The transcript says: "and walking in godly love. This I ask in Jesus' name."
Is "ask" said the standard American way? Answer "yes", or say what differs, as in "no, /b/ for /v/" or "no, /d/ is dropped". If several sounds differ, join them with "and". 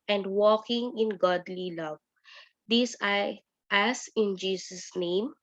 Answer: no, /k/ is dropped